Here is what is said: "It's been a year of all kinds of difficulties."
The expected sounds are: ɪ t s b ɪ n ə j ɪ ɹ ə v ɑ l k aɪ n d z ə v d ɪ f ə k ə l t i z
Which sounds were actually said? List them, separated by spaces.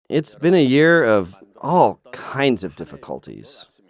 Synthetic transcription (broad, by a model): ɪ t s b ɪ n ə j ɪ ɹ ə v ɑ l k aɪ n d z ə v d ɪ f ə k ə l t i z